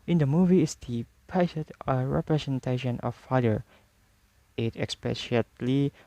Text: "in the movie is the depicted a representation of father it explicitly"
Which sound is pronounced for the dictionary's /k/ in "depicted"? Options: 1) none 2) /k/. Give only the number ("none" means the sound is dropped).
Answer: 1